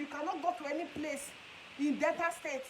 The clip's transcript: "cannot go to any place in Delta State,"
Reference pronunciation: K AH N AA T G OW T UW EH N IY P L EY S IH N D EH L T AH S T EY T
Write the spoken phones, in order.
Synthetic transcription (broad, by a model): K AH N AA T G OW T UW EH N IY P L EY S IH N D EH T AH S T EY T